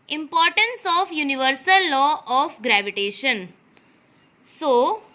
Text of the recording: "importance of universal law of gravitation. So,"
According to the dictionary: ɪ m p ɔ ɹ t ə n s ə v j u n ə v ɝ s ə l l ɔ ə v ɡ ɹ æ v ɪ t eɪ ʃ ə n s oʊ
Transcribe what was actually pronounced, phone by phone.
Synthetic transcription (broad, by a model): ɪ m p ɔ ɹ t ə n s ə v j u n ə v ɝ s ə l l ɔ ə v ɡ ɹ æ v ɪ t eɪ ʃ ə n s oʊ